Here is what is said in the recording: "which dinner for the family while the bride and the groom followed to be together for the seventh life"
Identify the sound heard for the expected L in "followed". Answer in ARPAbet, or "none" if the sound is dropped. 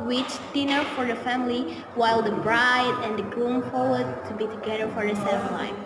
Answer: W